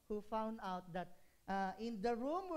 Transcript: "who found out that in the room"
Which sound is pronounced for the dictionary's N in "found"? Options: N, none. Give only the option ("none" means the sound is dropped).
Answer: N